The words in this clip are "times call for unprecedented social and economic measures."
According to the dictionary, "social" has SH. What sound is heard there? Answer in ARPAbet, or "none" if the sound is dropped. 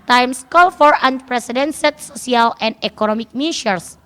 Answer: S